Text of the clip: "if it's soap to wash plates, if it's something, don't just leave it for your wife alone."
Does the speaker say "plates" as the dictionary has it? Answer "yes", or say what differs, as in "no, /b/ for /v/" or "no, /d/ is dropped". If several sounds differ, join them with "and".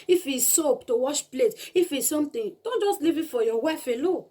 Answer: no, /s/ is dropped